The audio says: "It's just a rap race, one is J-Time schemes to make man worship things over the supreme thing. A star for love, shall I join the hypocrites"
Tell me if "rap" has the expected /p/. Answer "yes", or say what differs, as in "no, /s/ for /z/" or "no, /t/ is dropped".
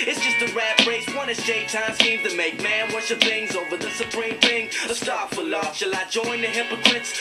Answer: no, /b/ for /p/